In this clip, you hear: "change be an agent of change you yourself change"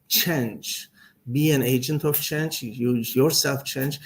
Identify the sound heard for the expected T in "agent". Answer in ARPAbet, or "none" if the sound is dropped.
T